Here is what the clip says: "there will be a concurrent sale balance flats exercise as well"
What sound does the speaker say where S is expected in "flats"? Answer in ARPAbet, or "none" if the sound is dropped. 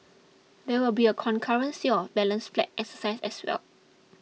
none